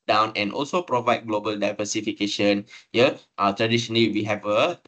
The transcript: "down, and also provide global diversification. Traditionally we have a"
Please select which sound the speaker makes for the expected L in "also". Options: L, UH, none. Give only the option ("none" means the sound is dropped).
L